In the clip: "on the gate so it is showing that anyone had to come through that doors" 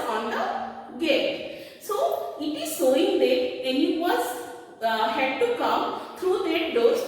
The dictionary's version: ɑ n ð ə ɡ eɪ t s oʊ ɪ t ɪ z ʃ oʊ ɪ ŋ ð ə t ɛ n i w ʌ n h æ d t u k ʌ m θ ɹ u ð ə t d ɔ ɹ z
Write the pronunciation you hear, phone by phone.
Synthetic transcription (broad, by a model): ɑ n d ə ɡ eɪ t s oʊ ɪ t ɪ z s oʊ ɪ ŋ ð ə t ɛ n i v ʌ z h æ d t u k ʌ m t ɹ u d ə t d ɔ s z